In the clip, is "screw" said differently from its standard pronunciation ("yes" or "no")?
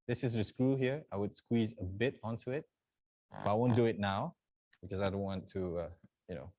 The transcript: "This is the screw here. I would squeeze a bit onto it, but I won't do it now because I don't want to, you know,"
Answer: no